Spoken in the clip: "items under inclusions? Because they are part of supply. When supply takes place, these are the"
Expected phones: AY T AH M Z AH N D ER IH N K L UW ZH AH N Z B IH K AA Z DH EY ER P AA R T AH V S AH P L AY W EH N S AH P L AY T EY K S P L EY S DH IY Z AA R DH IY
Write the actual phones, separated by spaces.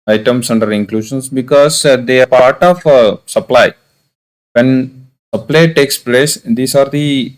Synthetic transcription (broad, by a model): AY T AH M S AH N D ER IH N K L UW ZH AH N S B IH K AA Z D EY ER P AA R T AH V S AH P L AY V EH N S AH P L AY T EY K S P L EY S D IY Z AA R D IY